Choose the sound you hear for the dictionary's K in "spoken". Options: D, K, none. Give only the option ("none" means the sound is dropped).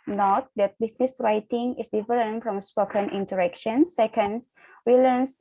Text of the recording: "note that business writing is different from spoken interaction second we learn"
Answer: K